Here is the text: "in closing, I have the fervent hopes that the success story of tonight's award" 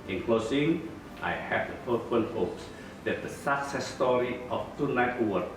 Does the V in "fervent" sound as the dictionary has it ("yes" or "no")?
no